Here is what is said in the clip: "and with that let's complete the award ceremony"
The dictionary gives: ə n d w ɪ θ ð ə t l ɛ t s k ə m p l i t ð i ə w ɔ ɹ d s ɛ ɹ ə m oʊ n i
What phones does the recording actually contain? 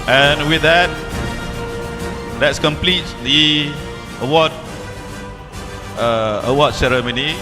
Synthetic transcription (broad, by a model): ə n w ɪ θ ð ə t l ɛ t s k ə m p l i t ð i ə w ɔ w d s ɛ ɹ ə m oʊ n i